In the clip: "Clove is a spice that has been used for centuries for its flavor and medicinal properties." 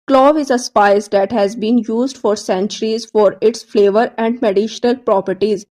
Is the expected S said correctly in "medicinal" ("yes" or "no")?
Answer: no